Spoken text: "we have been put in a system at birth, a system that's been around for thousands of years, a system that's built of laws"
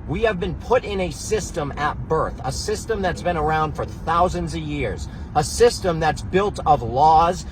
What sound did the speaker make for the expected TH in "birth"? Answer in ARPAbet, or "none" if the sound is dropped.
TH